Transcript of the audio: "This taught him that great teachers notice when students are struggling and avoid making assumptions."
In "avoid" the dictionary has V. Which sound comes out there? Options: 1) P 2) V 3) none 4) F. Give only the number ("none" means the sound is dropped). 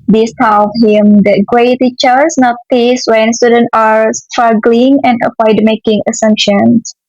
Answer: 1